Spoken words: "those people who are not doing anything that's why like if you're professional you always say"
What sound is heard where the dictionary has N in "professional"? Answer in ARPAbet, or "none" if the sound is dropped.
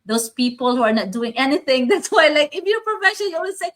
none